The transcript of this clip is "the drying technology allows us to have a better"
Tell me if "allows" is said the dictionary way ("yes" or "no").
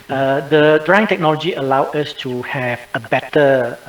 no